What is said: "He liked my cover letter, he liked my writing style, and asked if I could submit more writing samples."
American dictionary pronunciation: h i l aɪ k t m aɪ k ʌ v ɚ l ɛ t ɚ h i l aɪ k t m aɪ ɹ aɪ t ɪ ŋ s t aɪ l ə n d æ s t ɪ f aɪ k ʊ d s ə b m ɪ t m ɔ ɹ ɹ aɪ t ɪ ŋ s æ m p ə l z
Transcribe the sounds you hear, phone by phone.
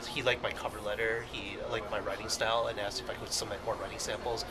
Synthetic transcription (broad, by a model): h i l aɪ k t m aɪ k ʌ v ɚ l ɛ t ɚ h i l aɪ k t m aɪ ɹ aɪ t ɪ ŋ s t aɪ l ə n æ s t ɪ f aɪ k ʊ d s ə m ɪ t m ɔ ɹ ɹ aɪ t ɪ ŋ s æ m p l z